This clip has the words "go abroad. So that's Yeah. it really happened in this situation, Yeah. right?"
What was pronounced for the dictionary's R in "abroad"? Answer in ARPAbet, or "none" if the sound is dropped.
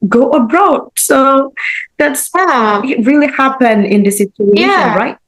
R